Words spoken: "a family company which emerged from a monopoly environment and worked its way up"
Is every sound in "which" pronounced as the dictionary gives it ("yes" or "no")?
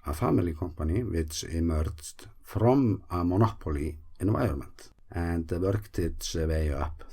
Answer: no